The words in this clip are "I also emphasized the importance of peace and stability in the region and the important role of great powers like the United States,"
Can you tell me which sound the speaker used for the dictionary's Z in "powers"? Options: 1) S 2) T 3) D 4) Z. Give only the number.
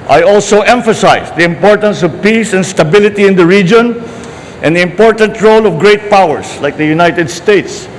1